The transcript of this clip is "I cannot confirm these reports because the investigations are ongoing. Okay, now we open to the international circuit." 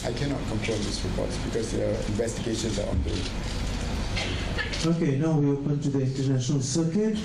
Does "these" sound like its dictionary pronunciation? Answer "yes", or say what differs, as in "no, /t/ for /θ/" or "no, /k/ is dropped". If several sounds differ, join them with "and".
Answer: no, /s/ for /z/